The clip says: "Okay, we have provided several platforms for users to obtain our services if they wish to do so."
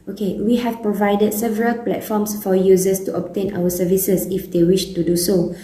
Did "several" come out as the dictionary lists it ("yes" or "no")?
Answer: yes